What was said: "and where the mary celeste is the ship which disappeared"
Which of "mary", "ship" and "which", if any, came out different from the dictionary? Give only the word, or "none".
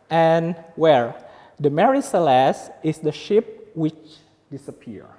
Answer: none